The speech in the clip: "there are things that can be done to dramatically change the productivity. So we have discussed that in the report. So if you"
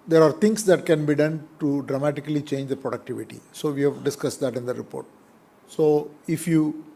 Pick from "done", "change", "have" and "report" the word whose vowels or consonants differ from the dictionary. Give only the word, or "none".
none